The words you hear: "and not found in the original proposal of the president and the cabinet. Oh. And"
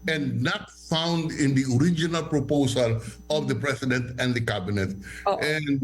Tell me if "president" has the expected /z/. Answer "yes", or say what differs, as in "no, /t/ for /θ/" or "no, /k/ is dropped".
no, /s/ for /z/